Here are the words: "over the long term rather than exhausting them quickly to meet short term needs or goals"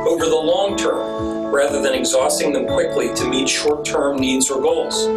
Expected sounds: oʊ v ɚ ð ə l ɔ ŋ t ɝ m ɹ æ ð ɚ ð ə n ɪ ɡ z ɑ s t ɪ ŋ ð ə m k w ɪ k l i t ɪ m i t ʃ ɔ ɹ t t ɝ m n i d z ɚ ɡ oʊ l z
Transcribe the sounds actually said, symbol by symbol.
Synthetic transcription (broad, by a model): oʊ v ɚ ð ə l ɔ ŋ t ɝ m ɹ æ ð ɚ ð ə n ɪ ɡ z ɑ s t ɪ ŋ ð ə m k w ɪ k l i t ɪ m i t ʃ ɔ ɹ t t ɝ m n i d z ɚ ɡ oʊ l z